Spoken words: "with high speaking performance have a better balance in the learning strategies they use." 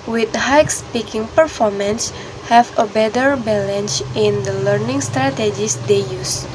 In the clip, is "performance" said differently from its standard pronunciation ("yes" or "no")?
no